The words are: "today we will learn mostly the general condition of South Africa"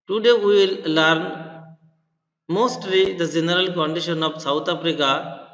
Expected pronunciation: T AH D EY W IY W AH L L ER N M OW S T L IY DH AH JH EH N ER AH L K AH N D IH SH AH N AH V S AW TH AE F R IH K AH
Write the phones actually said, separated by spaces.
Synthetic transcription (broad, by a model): T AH D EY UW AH L L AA N M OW S T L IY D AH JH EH N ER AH L K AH N D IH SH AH N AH P S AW T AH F R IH K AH